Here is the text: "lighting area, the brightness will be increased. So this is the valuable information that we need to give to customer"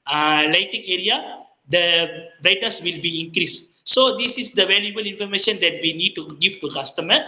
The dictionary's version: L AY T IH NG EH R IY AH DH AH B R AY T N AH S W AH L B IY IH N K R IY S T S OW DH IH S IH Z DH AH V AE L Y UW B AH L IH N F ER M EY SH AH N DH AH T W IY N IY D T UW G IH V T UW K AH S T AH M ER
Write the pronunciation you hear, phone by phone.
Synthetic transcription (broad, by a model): L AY T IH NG EH R IY AH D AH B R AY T AH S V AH L B IY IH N K R IY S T S OW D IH S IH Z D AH V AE L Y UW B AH L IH N F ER M EY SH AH N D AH T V IY N IY D T UW G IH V T UW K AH S T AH M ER